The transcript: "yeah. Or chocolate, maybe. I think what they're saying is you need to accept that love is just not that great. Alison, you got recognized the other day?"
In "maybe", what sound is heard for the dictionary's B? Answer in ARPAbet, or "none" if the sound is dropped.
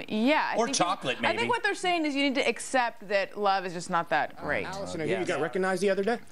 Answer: none